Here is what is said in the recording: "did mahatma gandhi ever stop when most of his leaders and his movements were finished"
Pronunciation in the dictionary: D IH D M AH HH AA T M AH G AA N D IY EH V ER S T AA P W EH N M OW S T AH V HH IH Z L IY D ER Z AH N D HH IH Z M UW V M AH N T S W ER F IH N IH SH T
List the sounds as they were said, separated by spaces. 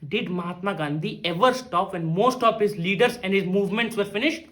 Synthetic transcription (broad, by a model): D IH D M AH HH AA T M AH G AA N D IY EH V ER S T AA P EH N M OW S T AH V HH IH Z L IY D ER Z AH N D HH IH Z M UW V M AH N T S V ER F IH N IH SH T